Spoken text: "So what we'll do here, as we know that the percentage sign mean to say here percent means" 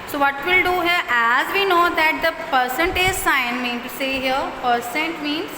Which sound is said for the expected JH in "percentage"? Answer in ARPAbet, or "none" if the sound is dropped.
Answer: Z